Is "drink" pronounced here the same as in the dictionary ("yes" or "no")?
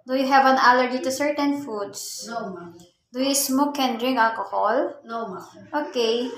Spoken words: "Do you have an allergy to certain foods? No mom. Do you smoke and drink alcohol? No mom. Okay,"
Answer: no